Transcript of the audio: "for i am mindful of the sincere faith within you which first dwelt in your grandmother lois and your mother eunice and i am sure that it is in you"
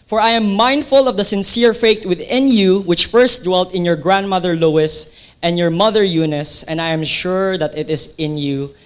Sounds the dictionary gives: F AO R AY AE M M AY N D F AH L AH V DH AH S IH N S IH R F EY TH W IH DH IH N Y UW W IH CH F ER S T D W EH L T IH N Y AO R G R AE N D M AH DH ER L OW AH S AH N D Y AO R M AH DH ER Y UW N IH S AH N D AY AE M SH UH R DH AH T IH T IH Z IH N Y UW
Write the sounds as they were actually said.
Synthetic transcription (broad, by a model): F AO R AY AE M M AY N D F AH L AH V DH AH S IH N S IH R F EY T W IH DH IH N Y UW W IH CH F ER S T D W EH L T IH N Y AO R G R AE N D M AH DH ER L OW AH S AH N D Y AO R M AH DH ER Y UW N IH S AH N D AY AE M SH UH R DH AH T IH T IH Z IH N Y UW